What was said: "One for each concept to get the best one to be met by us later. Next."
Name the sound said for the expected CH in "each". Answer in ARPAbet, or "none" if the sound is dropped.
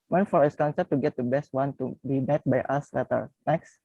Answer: S